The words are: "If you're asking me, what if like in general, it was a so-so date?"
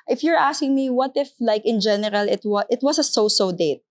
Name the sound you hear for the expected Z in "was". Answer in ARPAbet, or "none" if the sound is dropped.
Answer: S